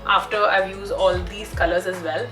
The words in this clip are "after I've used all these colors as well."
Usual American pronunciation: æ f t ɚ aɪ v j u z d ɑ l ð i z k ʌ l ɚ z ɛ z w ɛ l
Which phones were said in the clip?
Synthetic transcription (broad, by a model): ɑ f t ɚ aɪ v j u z ɑ l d i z k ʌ l ɚ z ɛ z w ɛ l